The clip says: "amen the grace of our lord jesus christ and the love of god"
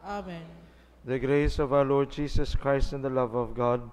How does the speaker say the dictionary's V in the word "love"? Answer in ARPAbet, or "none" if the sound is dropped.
V